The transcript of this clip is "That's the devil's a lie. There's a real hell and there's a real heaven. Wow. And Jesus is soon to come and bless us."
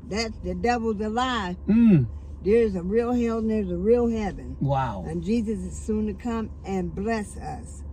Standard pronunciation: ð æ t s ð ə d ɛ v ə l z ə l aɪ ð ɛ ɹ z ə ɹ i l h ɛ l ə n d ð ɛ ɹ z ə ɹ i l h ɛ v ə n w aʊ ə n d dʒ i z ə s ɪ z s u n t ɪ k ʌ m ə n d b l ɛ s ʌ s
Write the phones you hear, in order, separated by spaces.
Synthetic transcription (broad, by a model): ð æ t s ð ə d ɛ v l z ə l aɪ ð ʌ ɹ z ə ɹ i l h ɛ l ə ɹ z ə ɹ i l h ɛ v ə n w aʊ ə n dʒ i z ə s ɪ z s u n t ɪ k ʌ m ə n b l ɛ s ʌ s